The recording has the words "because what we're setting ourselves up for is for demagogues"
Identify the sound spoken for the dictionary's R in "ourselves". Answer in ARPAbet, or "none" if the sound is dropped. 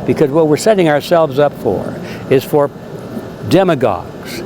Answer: R